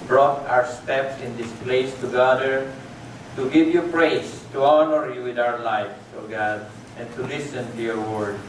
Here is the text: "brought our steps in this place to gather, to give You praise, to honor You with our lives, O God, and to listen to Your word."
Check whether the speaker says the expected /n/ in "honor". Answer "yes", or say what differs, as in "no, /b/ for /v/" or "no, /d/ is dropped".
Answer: yes